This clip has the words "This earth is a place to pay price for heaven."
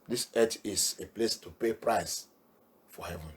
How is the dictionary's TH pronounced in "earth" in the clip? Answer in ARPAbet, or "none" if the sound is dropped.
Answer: T